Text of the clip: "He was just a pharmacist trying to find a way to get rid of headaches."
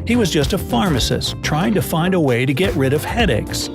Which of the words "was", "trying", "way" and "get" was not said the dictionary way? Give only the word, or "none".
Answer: none